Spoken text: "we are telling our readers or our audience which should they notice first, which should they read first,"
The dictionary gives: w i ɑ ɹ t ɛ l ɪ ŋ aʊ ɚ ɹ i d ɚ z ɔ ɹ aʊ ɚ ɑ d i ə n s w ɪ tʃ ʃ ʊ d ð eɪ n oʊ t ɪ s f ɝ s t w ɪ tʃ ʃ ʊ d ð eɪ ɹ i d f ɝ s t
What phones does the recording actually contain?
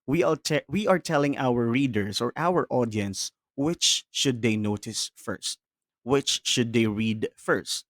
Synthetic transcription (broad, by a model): w i ɑ ɹ t ɛ l ɪ ŋ aʊ ɚ ɹ i d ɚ s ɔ ɹ aʊ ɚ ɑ d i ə n s w ɪ tʃ ʃ ʊ d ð eɪ n oʊ t ɪ s f ɝ s t w ɪ tʃ ʃ ʊ d eɪ ɹ i d f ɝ s t